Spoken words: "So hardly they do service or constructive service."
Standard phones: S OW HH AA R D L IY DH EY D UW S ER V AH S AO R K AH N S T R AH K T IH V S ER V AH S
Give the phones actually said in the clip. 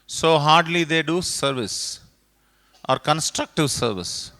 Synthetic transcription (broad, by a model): S OW HH AA R D L IY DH EY D UW S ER V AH S AO R K AH N S T R AH K T IH V S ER V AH S